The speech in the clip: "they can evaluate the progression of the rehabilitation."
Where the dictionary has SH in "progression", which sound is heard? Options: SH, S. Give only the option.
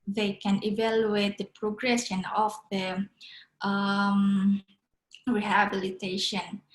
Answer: S